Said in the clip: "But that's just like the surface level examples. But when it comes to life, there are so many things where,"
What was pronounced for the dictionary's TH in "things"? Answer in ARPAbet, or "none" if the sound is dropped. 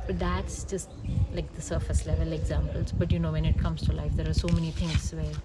T